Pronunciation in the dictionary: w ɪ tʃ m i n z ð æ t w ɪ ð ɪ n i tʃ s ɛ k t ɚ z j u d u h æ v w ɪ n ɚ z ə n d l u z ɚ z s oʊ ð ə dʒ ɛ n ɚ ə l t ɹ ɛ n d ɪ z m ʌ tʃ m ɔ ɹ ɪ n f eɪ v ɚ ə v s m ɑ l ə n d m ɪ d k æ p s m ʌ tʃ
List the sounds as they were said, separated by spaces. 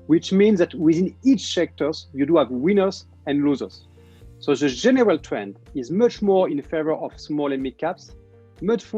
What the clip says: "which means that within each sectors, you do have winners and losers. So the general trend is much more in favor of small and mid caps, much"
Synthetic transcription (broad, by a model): w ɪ tʃ m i n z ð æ t w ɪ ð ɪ n i tʃ s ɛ k t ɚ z j u d u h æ v w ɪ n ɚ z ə n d l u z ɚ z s oʊ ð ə dʒ ɛ n ɚ ə l t ɹ ɛ n d ɪ z m ʌ tʃ m ɔ ɹ ɪ n f eɪ v ɚ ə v s m ɑ l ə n m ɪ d k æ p s m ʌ tʃ